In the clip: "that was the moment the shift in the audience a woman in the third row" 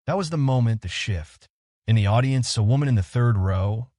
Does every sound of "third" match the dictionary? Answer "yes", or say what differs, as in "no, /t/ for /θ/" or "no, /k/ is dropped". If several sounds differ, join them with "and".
yes